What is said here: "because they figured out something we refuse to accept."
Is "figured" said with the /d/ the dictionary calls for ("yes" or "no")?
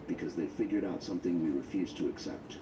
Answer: yes